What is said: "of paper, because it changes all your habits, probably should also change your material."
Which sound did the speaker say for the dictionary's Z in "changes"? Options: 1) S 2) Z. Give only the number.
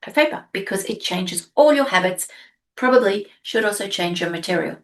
2